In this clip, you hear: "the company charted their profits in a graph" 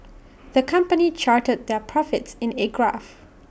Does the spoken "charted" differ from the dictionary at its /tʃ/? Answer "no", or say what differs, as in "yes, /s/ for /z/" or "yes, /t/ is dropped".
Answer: no